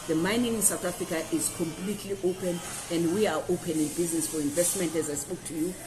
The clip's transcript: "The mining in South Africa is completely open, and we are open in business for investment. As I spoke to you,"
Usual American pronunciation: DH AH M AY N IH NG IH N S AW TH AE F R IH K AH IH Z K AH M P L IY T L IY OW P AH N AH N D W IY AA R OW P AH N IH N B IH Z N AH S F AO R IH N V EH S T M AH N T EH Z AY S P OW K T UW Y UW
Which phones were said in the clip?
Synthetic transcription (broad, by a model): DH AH M AY N IH NG IH N S AW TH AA F R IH K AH IH Z K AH M P L IY T L IY OW P AH N AH N D W IY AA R OW P AH N IH N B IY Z N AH S F AO R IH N V EH S T M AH N T EH Z AY S P OW K T UW Y UW